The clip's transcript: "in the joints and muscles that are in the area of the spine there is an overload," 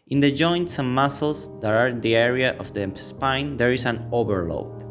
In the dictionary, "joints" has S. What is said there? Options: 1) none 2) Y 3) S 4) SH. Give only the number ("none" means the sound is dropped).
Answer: 3